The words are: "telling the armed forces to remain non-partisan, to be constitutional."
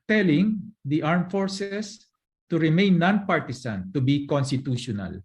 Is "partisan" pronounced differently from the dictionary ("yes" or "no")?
yes